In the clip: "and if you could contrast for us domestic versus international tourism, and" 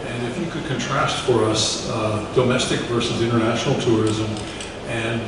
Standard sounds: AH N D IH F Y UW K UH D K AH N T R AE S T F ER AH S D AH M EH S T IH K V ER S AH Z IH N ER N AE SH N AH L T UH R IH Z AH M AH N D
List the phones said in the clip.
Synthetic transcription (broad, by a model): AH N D IH F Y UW K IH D K AH N T R AE S T F ER AH S D AH M EH S T IH K V ER S AH Z IH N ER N AE SH N L T UH R IH Z AH M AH N